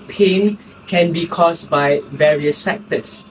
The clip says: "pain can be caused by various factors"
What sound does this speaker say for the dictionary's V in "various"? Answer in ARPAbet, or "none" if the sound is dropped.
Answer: V